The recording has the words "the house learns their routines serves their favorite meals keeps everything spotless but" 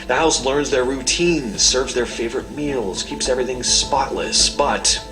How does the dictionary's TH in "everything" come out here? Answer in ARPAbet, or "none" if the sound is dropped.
TH